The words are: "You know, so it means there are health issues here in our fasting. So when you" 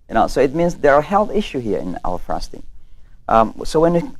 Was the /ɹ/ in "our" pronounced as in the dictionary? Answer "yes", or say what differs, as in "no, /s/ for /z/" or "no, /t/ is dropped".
no, /l/ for /ɹ/